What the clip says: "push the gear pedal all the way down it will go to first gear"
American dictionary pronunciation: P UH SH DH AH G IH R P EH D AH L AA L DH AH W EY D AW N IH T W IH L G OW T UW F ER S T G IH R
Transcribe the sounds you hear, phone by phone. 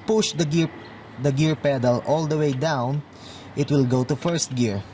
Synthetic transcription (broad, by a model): P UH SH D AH G IH R P EH D AH L AA L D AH W EY D AW N IH T W IH L G OW T UW F ER S T G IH R